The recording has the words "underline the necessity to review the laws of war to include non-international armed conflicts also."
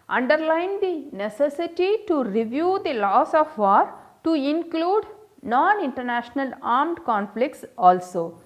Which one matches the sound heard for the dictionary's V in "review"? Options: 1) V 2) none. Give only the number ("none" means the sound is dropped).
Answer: 1